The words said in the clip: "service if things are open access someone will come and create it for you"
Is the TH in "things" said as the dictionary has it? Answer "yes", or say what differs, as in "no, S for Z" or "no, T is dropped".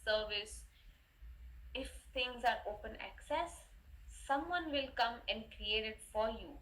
no, T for TH